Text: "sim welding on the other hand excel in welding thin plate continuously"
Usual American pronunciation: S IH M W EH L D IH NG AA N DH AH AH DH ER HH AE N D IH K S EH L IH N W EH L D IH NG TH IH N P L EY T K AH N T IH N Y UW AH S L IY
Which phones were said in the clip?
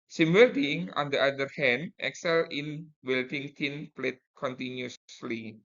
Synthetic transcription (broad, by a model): S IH M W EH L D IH NG AA N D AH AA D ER HH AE N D IH K S EH L IH N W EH L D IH NG T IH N P L EY T K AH N T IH N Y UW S S L IY